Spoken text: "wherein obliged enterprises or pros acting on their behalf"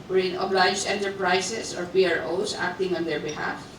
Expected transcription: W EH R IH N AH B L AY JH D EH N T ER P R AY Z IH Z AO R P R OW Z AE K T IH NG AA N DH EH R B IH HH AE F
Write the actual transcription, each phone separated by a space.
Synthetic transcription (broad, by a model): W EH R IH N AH B L AY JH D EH N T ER P R AY S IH S AO R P R OW S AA K T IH NG AA N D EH R B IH HH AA F